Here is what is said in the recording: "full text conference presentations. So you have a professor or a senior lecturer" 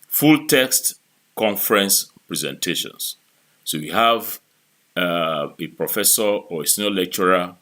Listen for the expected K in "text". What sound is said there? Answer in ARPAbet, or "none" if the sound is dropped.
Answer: K